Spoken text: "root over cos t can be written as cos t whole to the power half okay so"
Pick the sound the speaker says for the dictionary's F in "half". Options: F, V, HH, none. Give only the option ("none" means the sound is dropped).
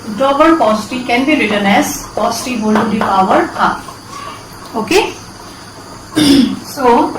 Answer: none